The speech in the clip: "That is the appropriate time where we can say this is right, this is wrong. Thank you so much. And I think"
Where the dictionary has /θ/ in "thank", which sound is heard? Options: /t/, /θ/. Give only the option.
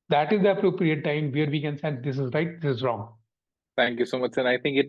/t/